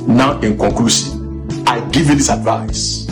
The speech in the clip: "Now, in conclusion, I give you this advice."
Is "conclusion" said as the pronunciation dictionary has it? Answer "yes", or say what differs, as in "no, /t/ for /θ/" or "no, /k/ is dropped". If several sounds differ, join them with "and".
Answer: no, /ʃ/ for /ʒ/